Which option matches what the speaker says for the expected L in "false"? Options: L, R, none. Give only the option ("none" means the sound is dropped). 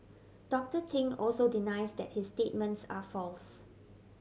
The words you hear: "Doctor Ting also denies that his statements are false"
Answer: L